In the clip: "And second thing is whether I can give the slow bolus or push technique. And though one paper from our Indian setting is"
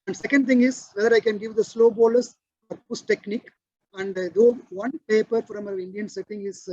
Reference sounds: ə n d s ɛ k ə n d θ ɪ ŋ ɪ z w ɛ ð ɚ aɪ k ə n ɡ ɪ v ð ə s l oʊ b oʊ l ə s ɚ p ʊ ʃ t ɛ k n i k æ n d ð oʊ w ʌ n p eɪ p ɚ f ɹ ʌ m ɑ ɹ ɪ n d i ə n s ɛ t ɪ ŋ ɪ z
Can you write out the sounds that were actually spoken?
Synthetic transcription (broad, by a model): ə n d s ɛ k ə n d t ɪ ŋ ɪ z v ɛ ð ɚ aɪ k ə n ɡ ɪ v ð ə s l oʊ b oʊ l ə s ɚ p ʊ s t ɛ k n i k æ n d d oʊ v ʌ n p eɪ p ɚ f ɹ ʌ m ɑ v ɪ n d i ə n s ɛ t ɪ ŋ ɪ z